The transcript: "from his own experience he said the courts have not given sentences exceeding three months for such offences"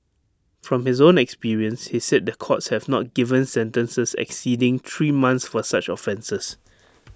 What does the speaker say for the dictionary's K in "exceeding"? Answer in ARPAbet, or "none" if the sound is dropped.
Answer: K